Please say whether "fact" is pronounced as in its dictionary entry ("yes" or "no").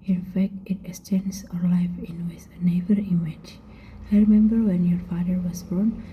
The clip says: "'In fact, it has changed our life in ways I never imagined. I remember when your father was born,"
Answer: yes